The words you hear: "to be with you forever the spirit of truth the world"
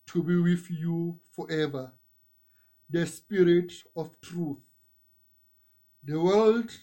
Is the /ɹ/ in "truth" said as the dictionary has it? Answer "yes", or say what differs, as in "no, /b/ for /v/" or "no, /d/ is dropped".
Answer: yes